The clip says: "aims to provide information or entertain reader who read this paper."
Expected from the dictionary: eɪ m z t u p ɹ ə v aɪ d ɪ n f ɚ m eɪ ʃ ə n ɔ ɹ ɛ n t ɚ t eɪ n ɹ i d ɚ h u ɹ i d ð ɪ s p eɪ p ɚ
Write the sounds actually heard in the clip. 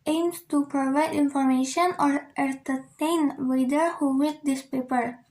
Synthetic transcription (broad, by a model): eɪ m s t u p ɹ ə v aɪ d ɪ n f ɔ m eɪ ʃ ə n ɔ ɹ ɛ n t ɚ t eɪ n w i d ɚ h u w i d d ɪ s p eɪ p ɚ